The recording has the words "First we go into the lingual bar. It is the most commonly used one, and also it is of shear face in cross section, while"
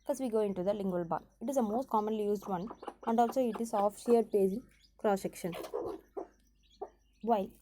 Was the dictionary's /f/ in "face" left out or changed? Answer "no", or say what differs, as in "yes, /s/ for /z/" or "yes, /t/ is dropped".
yes, /p/ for /f/